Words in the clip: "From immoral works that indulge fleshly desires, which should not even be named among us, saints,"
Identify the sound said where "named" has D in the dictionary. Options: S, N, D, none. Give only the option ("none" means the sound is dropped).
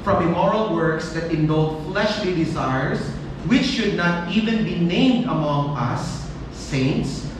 D